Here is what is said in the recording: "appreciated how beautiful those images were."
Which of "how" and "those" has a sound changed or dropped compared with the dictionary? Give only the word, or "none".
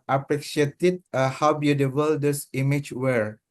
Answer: those